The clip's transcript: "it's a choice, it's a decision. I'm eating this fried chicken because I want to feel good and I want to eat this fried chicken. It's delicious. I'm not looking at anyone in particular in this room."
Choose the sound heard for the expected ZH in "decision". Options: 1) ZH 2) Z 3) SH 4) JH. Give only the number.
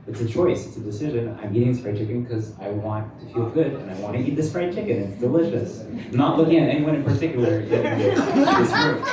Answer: 1